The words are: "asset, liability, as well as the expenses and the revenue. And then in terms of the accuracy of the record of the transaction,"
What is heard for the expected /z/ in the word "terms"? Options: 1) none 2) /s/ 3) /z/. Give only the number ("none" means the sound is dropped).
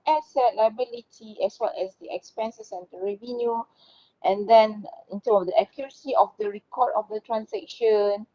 1